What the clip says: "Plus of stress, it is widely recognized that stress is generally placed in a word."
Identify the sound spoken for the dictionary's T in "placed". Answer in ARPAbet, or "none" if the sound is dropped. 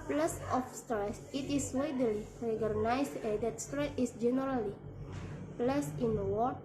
none